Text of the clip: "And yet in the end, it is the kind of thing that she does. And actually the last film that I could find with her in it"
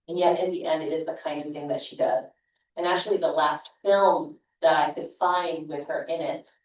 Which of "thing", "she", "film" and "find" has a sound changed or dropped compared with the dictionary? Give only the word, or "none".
none